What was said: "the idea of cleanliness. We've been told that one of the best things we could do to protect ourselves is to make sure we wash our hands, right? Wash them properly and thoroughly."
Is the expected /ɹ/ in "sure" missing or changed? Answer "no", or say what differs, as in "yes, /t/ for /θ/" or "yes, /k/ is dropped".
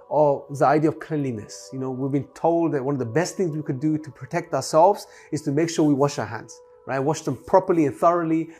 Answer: no